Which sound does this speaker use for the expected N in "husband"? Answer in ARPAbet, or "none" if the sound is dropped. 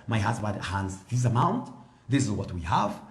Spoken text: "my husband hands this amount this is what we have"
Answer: none